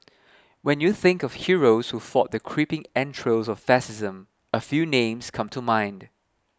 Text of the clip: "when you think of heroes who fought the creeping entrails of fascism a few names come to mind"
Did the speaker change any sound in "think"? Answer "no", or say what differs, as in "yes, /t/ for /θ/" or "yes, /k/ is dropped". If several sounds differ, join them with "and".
no